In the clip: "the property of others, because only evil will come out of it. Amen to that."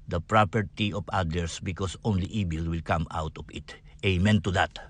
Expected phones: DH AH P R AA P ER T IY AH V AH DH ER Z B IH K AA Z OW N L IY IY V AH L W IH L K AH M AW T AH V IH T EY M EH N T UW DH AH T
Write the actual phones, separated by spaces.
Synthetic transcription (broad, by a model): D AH P R AA P ER T IY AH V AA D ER S B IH K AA S OW N L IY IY B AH L W IH L K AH M AW T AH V IH T EY M EH N T UW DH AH T